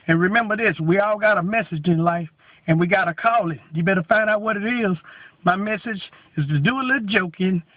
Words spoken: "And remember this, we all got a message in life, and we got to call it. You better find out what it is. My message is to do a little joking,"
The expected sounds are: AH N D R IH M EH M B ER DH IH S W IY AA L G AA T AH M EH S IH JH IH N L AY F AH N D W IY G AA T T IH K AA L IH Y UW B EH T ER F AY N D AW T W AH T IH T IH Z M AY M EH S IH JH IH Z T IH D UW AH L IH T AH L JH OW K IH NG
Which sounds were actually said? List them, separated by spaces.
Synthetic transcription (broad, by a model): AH N R IH M EH M B ER DH IH S W IY AA L G AA T AH M EH S IH JH IH N L AY F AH N W IY G AA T T IH K AA L IH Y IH B EH T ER F AY N D AW T W AH T IH T IH Z M AY M EH S IH JH IH Z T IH D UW AH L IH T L JH OW K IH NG